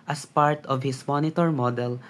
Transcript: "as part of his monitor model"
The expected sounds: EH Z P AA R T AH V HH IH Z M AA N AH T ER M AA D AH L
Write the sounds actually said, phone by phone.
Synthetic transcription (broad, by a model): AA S P AA R T AH V HH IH S M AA N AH T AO M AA D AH L